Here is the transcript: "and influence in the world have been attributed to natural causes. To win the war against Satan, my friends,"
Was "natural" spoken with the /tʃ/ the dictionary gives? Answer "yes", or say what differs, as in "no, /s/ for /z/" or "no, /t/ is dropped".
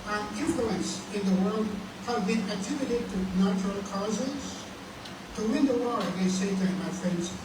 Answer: yes